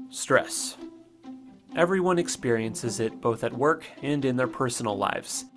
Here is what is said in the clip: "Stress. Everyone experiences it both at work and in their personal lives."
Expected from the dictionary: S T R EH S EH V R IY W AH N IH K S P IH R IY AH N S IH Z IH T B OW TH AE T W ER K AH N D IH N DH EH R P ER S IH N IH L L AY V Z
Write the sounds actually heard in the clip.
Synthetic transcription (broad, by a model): S T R EH S EH V R IY W AH N IH K S P IH R IY AH N S IH Z IH T B OW TH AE T W ER K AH N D IH N DH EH R P ER S N L L AY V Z